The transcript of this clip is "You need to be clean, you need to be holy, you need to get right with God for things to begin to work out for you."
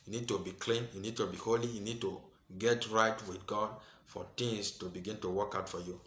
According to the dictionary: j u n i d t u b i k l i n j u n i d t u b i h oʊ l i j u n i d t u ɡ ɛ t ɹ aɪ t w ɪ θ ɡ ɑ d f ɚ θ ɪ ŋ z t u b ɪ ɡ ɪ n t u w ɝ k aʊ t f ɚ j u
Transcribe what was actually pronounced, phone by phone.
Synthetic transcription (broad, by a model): j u n i d t u b i k l i n j u n i d t u b i h oʊ l i j u n i d t u ɡ ɛ t ɹ aɪ t w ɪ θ ɡ ɑ d f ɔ t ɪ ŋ s t u b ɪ ɡ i n t u w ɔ k aʊ t f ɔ j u